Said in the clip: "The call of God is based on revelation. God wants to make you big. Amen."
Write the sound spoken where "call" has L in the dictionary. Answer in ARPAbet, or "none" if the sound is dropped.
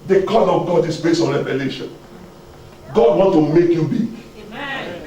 N